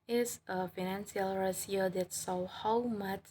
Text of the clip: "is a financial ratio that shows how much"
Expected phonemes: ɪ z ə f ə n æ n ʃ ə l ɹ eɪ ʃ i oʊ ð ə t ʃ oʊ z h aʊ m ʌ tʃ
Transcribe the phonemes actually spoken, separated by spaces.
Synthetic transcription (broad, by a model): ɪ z ə f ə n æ n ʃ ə l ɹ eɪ s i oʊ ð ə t s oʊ h aʊ m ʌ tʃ